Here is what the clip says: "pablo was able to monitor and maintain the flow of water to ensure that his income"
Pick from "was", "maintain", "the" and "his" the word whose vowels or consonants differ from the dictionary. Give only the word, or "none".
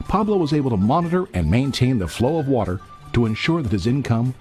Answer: none